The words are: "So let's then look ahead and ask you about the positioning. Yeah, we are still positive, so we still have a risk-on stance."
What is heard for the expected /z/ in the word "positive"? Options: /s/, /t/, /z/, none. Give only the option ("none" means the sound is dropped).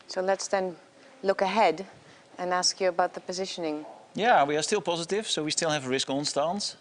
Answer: /z/